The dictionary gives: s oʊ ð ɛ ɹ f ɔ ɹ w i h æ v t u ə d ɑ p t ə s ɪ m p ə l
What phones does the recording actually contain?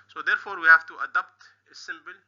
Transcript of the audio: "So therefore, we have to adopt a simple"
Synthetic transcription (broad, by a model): s oʊ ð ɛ ɹ f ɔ ɹ w i h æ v t u ə d ɑ p t ə s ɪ m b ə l